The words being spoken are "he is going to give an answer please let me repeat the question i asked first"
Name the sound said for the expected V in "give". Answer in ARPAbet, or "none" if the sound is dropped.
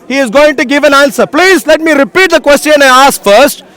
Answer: V